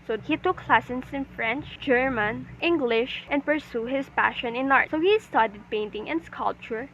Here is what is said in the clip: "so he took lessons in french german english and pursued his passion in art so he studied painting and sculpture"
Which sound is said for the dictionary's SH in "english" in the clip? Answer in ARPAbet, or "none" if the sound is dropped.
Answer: SH